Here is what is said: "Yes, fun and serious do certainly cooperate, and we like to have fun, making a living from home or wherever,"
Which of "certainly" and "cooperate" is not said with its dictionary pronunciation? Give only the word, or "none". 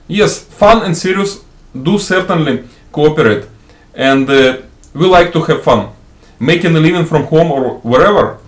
none